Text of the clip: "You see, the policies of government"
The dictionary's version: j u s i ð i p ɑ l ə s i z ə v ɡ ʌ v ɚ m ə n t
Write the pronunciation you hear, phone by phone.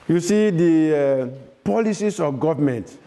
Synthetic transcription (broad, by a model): j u s i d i p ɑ l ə s i s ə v ɡ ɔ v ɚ m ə n t